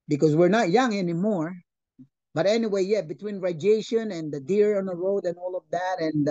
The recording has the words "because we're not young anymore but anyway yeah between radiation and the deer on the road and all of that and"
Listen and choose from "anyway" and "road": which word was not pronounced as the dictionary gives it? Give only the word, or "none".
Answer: none